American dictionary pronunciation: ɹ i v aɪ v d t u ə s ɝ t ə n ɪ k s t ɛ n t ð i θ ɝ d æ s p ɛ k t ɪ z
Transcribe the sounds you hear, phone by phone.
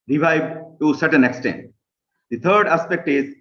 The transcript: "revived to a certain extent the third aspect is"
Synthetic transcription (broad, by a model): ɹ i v aɪ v t u s ɝ t ə n ɪ k s t ɛ n t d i t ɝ d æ s p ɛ k t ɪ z